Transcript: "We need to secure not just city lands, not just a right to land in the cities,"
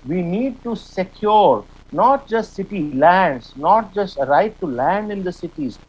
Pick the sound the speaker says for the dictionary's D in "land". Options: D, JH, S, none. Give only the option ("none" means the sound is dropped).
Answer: D